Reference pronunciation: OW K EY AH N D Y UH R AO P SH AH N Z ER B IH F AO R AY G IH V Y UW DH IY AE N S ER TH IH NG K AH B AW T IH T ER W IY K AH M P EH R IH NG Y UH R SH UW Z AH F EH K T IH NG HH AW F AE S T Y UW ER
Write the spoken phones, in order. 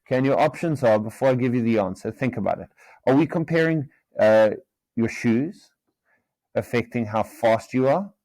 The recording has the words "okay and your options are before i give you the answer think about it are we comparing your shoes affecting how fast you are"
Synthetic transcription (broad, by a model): K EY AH N Y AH R AO P SH AH N Z ER B IH F AO R AY G IH V Y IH DH IY AE N S ER TH IH NG K AH B AW T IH T ER W IY K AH M P EH R IH NG Y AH R SH UW Z AH F EH K T IH NG HH AW F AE S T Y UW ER